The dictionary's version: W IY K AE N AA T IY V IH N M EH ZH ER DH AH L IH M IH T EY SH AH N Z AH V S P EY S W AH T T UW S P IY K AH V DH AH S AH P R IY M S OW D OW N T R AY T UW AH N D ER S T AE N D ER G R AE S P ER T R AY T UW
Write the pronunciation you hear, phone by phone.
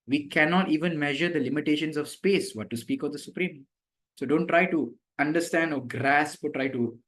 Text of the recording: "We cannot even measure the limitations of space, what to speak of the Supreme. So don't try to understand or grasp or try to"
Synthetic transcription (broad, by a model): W IY K AE N AA T IY V IH N M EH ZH ER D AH L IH M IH T EY SH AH N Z AH V S P EY S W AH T T UW S P IY K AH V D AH S AH P R IY M S OW D OW N T R AY T UW AH N D ER S T AE N D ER G R AE S P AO T R AY T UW